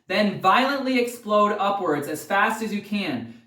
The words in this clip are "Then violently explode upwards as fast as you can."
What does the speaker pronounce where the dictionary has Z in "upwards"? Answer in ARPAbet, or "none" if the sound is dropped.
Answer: Z